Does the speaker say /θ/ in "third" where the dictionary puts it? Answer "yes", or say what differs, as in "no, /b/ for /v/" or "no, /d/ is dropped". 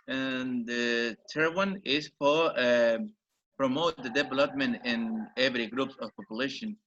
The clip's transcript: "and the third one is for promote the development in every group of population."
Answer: no, /t/ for /θ/